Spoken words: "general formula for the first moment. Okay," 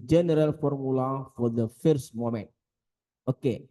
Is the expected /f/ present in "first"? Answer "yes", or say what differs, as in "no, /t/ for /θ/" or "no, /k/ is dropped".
yes